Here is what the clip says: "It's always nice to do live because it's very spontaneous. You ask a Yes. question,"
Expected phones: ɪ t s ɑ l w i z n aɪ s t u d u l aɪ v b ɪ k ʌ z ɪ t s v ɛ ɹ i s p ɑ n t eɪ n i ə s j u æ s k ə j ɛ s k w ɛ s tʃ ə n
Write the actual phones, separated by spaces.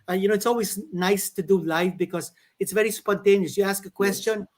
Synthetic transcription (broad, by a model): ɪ t s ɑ l w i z n aɪ s t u d u l aɪ f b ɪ k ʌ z ɪ t s v ɛ ɹ i s p ɑ n t eɪ n i ə s j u æ s k ə k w ɛ s tʃ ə n